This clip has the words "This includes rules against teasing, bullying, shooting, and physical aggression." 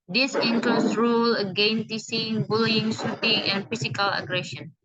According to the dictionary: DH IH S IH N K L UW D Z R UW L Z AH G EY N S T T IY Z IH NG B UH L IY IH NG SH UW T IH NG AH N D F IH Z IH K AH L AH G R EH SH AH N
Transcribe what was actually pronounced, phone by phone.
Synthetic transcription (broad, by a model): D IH S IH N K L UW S R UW L AH G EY N S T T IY S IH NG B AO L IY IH NG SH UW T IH NG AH N F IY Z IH K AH L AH G R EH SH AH N